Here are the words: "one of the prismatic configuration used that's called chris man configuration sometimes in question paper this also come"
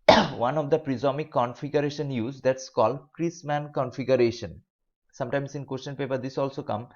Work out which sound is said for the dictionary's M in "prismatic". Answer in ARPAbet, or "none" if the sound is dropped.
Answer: none